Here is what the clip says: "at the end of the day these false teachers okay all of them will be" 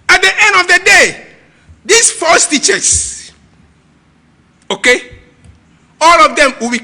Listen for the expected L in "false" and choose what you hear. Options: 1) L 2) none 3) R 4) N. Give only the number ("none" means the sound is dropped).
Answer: 2